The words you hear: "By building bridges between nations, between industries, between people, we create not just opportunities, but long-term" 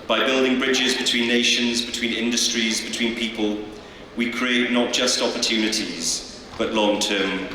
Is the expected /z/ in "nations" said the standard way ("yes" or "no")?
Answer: yes